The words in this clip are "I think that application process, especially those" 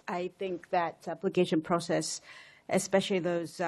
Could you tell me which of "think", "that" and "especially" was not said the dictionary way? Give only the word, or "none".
none